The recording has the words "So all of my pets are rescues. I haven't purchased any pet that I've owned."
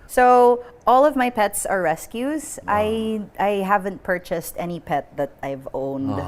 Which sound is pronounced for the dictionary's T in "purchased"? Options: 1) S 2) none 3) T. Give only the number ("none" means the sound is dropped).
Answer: 3